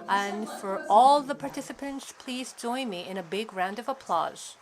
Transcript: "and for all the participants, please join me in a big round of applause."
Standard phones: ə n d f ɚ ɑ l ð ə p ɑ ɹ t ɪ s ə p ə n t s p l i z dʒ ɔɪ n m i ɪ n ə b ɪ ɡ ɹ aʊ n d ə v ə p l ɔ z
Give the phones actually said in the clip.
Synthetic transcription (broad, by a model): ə n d f ɚ ɑ l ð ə p ɑ ɹ t ɪ s ə p ə n t s p l i z dʒ ɔɪ n m i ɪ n ə b ɪ ɡ ɹ aʊ n d ə v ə p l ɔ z